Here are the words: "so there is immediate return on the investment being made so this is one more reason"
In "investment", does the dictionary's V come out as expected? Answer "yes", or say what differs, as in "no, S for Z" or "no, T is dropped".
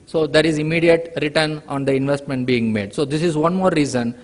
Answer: yes